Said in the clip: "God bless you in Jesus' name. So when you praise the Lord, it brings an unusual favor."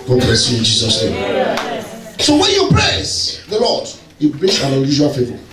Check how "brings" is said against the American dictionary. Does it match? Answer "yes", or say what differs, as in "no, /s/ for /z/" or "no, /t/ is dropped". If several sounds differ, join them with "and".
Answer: no, /ɹ/ is dropped